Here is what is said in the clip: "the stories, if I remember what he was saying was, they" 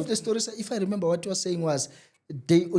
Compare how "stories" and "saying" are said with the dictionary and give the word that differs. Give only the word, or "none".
stories